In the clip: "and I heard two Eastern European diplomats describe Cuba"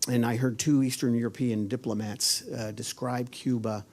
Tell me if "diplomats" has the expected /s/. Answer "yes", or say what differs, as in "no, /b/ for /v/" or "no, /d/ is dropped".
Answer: yes